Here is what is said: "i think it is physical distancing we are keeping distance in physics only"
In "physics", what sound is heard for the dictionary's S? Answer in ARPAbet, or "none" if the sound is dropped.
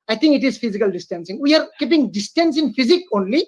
none